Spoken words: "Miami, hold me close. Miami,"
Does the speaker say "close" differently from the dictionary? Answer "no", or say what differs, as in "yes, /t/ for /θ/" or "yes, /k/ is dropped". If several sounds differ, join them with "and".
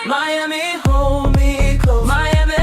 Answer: yes, /l/ is dropped and /s/ is dropped